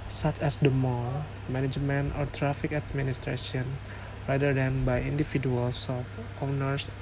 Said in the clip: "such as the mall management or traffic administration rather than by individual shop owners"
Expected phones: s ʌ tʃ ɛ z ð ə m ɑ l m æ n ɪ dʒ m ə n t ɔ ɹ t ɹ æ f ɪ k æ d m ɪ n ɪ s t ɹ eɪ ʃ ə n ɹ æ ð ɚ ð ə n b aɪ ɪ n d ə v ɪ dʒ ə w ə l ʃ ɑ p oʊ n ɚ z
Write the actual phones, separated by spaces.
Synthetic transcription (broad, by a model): s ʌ tʃ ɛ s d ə m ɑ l m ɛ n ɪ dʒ m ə n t ɔ ɹ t ɹ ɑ f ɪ k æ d m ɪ n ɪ s t ɹ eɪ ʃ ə n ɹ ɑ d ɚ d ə n b aɪ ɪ n d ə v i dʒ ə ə l s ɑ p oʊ n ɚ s